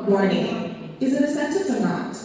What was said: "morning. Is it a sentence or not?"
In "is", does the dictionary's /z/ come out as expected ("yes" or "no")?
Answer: yes